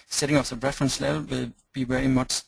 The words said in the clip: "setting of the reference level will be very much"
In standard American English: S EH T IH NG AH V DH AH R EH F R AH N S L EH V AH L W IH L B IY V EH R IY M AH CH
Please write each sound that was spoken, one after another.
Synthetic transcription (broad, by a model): S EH T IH NG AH F DH AH R EH F R AH N S L EH V AH L W IH L B IY V EH R IY M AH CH